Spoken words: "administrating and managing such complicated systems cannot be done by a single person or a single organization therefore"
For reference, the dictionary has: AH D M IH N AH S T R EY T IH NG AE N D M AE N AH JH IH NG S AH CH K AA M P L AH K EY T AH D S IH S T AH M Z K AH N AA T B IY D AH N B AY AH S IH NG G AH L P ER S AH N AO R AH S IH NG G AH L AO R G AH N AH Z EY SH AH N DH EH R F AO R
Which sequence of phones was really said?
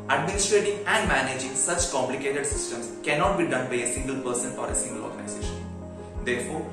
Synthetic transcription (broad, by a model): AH D M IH N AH S T R EY T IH NG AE N D M AE N AH JH IH NG S AH CH K AA M P L AH K EY T AH D S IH S T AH M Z K AH N AA T B IY D AH N B AY AH S IH NG G AH L P ER S AH N AO R AH S IH NG G AH L AO R G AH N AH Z EY SH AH N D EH R F AO R